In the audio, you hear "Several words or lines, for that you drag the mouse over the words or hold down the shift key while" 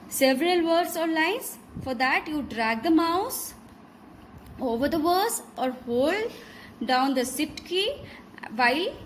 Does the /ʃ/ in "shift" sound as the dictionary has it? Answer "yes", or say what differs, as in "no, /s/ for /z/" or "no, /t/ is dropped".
no, /s/ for /ʃ/